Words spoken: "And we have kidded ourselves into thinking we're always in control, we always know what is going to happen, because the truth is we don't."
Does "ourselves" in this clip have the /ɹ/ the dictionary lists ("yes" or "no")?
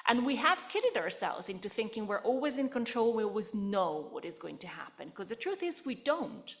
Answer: yes